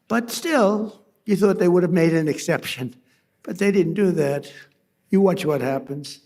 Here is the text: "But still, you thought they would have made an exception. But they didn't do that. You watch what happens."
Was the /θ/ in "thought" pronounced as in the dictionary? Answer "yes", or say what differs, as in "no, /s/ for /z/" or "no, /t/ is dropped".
yes